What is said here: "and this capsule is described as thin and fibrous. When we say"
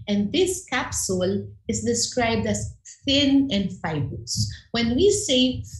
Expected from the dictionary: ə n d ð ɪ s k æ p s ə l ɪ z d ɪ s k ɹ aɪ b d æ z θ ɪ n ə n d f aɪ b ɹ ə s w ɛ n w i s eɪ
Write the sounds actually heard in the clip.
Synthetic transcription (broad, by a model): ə n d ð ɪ s k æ p s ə l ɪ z d ɪ s k ɹ aɪ b d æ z θ ɪ n ə n d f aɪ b ə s w ɛ n w i s eɪ